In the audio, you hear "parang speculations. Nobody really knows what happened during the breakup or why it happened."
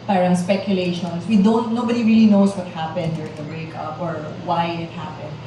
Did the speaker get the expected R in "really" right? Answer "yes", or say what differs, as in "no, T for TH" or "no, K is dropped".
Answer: yes